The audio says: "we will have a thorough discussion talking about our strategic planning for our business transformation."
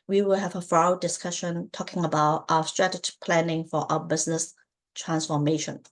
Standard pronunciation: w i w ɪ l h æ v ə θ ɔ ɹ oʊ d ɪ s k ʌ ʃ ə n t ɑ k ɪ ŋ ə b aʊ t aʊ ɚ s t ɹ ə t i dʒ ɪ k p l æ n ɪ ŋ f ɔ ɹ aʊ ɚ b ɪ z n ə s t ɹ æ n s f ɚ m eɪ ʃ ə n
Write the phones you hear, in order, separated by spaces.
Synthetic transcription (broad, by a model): w i w ɪ l h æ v ə f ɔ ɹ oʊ d ɪ s k ʌ ʃ ə n t ɑ k ɪ ŋ ə b aʊ t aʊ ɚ s t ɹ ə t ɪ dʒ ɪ p l æ n ɪ ŋ f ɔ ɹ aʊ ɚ b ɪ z n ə s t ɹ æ n s f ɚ m eɪ ʃ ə n